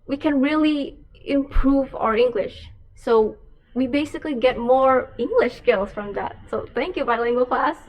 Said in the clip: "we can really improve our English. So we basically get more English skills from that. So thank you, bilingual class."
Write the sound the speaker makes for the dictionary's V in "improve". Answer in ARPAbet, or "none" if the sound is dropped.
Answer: V